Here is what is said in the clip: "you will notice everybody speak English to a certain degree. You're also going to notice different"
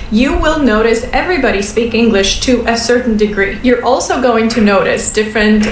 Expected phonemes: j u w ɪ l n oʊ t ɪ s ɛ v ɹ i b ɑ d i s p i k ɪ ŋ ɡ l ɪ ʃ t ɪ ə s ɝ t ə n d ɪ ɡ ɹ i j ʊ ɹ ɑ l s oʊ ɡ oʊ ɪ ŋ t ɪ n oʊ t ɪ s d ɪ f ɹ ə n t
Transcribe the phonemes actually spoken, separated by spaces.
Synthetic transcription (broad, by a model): j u w ɪ l n oʊ t ɪ s ɛ v ɹ i b ɑ d i s p i k ɪ ŋ ɡ l ɪ ʃ t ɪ ə s ɝ t n d ɪ ɡ ɹ i j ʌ ɹ ɑ l s oʊ ɡ oʊ ɪ ŋ t ɪ n oʊ t ɪ s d ɪ f ɹ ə n t